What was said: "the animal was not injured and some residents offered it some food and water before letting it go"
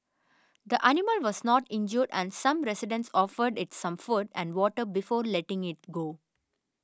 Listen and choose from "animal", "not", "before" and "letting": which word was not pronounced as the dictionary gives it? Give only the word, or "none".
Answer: none